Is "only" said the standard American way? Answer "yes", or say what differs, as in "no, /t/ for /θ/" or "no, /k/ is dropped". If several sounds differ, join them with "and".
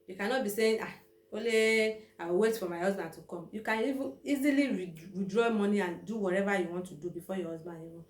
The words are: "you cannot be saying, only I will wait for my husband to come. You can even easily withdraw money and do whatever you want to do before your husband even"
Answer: no, /n/ is dropped